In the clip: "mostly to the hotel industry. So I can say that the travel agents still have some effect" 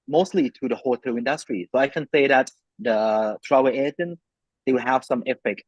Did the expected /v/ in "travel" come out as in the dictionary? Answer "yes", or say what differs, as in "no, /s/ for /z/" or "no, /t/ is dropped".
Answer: no, /v/ is dropped